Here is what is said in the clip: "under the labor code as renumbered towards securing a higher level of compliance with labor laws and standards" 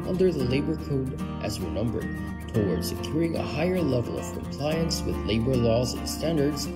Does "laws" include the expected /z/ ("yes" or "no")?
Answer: yes